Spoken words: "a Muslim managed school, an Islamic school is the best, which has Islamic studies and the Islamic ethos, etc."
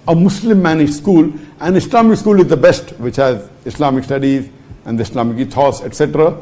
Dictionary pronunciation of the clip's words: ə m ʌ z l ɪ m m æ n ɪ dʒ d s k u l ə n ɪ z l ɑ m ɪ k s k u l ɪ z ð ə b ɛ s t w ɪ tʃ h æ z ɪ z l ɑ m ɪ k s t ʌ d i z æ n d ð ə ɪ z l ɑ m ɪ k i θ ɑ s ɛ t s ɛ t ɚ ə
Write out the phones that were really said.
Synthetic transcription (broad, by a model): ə m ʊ s l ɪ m m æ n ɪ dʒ s k u l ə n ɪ s l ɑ m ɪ k s k u l ɪ z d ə b ɛ s t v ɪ tʃ h æ z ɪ s l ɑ m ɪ k s t ʌ d i z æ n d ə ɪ s l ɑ m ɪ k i t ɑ s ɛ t s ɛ t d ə